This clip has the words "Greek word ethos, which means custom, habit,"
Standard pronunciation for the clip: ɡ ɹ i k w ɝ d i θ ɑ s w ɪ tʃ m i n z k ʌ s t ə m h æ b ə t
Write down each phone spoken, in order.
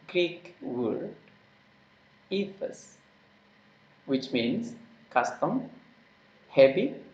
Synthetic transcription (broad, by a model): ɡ ɹ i k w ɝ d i f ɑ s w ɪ tʃ m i n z k ʌ s t ə m h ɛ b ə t